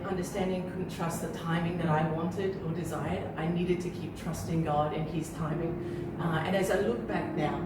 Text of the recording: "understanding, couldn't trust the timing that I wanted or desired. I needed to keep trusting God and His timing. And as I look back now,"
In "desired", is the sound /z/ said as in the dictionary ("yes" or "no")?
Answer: yes